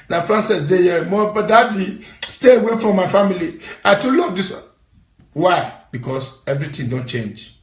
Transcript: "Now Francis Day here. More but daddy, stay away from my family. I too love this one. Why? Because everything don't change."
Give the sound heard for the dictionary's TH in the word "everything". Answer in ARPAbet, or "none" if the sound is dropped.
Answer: T